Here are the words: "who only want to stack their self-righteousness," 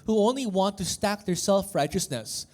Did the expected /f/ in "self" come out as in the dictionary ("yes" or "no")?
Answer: yes